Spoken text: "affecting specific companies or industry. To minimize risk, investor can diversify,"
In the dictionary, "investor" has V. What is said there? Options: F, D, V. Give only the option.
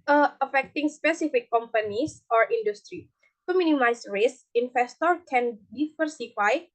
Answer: F